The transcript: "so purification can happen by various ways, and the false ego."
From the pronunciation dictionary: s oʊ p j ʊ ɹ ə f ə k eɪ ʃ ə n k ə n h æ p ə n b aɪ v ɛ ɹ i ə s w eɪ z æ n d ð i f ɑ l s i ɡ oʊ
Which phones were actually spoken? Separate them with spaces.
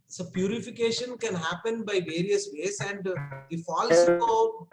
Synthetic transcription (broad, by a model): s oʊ p j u ɹ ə f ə k eɪ ʃ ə n k ə n h æ p ə n b aɪ v ɛ ɹ i ə s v eɪ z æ n d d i f ɑ l s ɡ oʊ